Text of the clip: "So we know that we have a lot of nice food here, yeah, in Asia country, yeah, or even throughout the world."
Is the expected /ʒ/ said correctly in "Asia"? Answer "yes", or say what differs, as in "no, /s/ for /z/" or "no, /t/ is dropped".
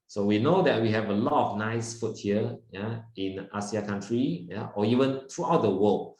no, /s/ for /ʒ/